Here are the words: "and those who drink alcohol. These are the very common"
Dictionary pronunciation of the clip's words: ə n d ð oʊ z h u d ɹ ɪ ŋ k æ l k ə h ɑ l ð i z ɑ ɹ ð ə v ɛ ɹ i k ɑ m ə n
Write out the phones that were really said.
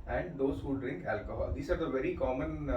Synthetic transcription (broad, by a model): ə n d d oʊ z h u d ɹ ɪ ŋ k æ l k ə h ɑ l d i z ɑ ɹ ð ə v ɛ ɹ i k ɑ m ə n